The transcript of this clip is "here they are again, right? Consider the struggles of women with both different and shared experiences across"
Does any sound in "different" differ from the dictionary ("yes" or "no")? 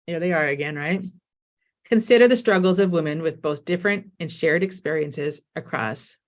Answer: no